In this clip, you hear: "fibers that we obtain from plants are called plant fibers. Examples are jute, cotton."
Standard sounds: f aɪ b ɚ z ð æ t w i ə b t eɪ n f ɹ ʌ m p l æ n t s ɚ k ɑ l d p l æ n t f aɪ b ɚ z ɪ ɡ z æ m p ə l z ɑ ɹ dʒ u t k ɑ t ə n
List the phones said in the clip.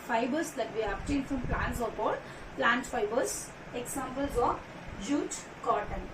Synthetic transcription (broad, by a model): f aɪ b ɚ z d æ t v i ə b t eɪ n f ɹ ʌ m p l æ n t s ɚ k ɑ d p l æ n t f aɪ b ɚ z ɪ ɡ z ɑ m p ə l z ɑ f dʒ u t k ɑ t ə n